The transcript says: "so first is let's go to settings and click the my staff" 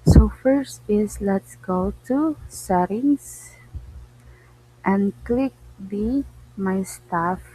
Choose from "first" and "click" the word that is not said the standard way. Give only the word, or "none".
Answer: none